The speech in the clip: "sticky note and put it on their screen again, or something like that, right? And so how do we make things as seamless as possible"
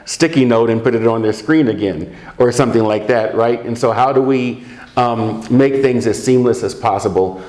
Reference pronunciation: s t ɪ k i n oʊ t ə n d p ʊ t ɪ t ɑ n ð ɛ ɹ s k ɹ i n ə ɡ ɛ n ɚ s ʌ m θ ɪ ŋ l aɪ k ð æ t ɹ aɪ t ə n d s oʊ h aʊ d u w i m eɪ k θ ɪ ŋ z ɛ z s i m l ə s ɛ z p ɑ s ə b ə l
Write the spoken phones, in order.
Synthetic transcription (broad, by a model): s t ɪ k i n oʊ t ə n p ʊ t ɪ t n ð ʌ ɹ s k ɹ i n ə ɡ ɛ n ɚ s ʌ m θ ɪ ŋ l aɪ k ð æ t ɹ aɪ t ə n s oʊ h aʊ d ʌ w i m eɪ k θ ɪ ŋ z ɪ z s i m l ə s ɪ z p ɑ s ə b l